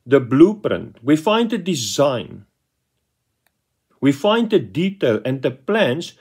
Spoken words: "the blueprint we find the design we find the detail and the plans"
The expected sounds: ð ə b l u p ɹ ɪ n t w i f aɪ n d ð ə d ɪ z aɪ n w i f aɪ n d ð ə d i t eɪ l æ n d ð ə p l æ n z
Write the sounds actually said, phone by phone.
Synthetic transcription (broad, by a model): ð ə b l u p ɹ ɪ n t w i f aɪ n d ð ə d ɪ z aɪ n w i f aɪ n d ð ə d i t eɪ l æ n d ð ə p l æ n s